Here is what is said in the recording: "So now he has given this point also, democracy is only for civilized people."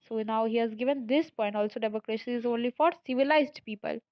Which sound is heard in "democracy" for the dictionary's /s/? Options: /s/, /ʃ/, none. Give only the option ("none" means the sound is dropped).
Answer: /ʃ/